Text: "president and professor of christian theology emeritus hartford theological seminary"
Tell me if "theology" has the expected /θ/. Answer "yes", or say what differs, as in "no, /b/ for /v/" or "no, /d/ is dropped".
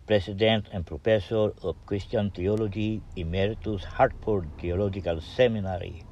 no, /t/ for /θ/